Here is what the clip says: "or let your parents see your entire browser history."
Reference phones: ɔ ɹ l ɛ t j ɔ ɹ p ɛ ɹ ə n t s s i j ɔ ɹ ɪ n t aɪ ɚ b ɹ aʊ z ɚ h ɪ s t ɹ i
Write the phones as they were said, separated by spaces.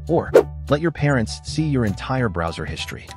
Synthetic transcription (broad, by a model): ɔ ɹ l ɛ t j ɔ ɹ p ɛ ɹ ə n t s s i j ɔ ɹ ɪ n t aɪ ɚ b ɹ aʊ z ɚ h ɪ s t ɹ i